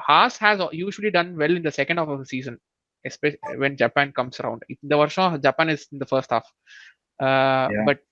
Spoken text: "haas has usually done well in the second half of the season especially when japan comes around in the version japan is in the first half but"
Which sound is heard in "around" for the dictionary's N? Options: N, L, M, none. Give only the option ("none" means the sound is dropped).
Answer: N